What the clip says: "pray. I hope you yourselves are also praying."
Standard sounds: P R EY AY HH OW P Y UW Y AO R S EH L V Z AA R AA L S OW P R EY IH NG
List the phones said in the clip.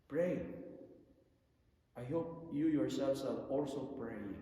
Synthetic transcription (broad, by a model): P R EY AY HH OW P Y UW Y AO R S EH L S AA L AA L S OW P R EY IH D